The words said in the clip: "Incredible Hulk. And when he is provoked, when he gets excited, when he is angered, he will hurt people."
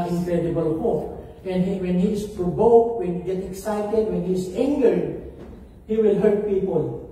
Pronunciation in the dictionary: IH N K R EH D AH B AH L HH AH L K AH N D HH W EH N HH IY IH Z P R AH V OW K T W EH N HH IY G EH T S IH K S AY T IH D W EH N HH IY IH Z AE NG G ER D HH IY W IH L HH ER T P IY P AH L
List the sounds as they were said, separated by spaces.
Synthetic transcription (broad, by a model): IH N K R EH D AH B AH L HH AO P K AH N D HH W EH N HH IY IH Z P R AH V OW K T W EH N HH IY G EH T IH K S AY T IH D W EH N HH IY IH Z AE NG G ER D HH IY W IH L HH ER T P IY P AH L